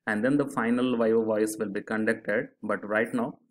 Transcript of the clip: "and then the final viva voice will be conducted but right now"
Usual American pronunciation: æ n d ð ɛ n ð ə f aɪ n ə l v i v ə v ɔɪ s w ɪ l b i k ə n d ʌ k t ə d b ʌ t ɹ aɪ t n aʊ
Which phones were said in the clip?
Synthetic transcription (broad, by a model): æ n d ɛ n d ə f aɪ n ə l v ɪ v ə v ɔɪ s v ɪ l b i k ə n d ʌ k t ə d b ʌ t ɹ aɪ t n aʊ